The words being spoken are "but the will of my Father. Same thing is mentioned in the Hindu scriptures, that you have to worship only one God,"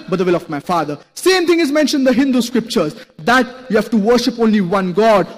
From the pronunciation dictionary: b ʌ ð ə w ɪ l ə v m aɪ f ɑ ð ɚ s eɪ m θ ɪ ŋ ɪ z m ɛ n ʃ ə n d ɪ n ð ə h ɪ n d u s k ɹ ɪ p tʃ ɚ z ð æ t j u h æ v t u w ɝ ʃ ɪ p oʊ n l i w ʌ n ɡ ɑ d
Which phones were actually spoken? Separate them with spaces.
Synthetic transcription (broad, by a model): b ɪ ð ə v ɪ l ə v m aɪ f ɑ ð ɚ s eɪ m t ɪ ŋ ɪ z m ɛ n ʃ ə n d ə h ɪ n d u s k ɹ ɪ p tʃ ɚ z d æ t j u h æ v t u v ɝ ʃ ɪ p oʊ n l i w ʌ n ɡ ɑ d